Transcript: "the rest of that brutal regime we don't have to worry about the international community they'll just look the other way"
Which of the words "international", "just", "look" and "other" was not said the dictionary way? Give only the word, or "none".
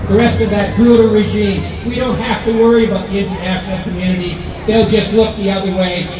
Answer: international